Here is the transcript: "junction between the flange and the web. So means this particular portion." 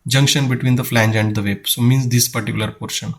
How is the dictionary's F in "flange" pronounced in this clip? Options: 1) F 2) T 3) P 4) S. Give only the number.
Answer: 1